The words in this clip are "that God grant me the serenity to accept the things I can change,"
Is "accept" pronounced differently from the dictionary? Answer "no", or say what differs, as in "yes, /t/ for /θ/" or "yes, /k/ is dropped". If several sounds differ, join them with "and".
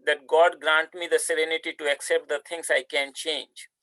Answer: no